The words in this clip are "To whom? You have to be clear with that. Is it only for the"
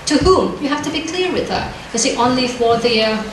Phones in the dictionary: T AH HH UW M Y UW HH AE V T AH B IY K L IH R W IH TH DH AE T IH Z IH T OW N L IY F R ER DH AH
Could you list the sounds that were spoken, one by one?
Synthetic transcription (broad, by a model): T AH HH UW M Y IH HH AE F T AH B IY K L IH R W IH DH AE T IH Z IH T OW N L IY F W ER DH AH